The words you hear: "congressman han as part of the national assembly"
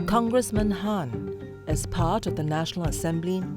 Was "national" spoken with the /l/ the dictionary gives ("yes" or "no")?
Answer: yes